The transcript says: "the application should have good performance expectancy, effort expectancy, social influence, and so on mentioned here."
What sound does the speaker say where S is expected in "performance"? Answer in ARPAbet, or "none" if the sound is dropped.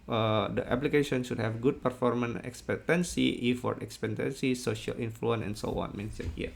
none